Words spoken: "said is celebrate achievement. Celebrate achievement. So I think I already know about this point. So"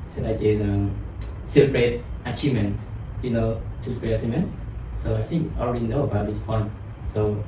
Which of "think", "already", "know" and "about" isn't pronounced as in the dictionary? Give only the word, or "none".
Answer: think